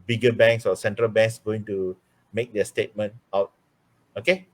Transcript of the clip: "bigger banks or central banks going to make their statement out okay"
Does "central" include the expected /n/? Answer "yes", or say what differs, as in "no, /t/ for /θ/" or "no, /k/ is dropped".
yes